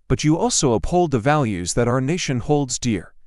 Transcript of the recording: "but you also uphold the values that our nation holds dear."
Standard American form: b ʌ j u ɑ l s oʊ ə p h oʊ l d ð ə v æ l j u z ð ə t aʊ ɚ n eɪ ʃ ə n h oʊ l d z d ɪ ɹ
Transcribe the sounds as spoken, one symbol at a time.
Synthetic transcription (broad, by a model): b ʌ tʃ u ɑ l s oʊ ə p h oʊ l d ð ə v æ l j u z ð ə t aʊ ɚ n eɪ ʃ ə n h oʊ l d z d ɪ ɹ